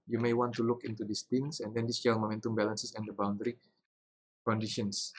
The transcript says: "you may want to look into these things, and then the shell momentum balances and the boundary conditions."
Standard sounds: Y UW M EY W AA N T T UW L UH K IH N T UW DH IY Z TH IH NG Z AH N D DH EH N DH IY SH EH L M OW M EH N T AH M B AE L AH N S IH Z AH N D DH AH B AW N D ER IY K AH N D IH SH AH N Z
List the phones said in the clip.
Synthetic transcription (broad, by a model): Y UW M EY W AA N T T UW L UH K IH N T UW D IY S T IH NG S AH N D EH N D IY S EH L M OW M EH N T AH M B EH L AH N S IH S AH N D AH B AW N D ER IY K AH N D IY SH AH N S